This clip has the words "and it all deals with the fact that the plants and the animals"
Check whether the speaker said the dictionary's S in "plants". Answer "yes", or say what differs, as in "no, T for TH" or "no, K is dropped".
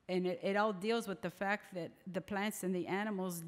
yes